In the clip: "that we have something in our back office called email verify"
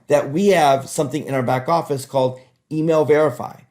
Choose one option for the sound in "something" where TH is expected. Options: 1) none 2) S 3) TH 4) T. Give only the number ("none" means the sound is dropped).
3